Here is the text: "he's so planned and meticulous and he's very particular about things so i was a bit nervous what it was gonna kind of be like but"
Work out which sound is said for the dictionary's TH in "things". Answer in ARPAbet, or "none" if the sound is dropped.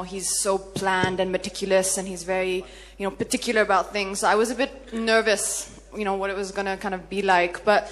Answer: TH